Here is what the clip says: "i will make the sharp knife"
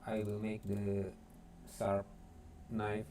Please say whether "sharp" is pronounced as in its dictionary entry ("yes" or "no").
no